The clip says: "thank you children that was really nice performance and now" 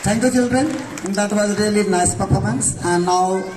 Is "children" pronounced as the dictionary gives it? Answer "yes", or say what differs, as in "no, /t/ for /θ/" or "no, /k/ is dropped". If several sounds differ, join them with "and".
yes